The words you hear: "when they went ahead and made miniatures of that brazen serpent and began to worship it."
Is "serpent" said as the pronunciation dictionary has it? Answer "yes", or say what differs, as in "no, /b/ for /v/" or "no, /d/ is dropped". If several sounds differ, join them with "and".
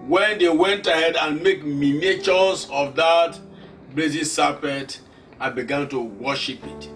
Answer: no, /n/ is dropped